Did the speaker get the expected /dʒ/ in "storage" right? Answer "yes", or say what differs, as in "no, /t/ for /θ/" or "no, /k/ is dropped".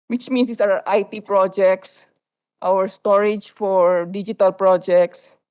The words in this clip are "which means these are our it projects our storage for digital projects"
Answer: yes